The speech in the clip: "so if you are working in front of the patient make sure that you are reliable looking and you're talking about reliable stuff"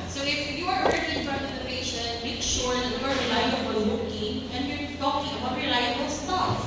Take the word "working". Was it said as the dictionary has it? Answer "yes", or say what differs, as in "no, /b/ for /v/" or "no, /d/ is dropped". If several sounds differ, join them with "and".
no, /k/ is dropped